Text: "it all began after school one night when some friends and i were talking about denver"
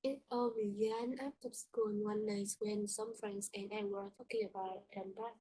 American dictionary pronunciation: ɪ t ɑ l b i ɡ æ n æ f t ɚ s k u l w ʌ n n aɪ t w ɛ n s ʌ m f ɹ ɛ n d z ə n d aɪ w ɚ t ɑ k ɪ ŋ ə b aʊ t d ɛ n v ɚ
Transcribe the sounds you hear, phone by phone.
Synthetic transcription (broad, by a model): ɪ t ɑ l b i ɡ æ n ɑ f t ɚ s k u n w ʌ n n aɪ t w ɛ n s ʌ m f ɹ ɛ n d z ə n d aɪ w ɚ t ɑ k ɪ ŋ ə b aʊ t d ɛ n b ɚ